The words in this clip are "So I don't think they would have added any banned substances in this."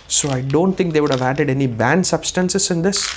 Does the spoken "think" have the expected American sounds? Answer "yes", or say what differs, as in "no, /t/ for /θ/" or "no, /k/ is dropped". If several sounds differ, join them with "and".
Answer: no, /t/ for /θ/